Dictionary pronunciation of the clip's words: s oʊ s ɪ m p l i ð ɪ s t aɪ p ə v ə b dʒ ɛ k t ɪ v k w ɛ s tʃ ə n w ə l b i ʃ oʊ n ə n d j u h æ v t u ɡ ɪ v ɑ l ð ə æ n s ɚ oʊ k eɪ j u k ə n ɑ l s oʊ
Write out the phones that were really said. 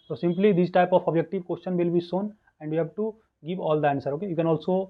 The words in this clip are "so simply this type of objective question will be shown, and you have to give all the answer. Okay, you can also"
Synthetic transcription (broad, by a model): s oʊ s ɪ m p l i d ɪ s t aɪ p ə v ə b dʒ ɛ k t ɪ v k w ɛ s tʃ ə n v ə l b i s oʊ n ə n d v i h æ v t u ɡ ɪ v ɑ l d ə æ n s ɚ oʊ k eɪ j u k ə n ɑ l s oʊ